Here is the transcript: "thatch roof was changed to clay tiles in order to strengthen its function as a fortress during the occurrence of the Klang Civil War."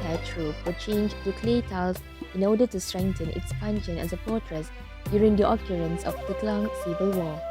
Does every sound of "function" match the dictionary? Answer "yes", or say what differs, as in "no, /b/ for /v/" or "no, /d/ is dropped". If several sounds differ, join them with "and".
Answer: no, /p/ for /f/